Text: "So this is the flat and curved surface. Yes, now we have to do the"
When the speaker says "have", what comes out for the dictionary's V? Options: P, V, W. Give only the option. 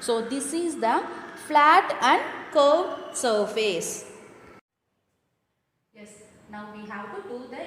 W